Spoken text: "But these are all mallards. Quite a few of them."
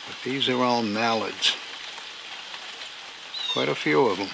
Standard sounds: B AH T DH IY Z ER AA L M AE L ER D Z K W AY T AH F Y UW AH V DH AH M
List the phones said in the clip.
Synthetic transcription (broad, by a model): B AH T DH IY Z ER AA N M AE L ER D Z K W AY T AH F Y UW AH V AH M